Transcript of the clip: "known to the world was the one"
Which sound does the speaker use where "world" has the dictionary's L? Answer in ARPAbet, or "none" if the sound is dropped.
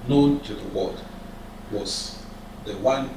none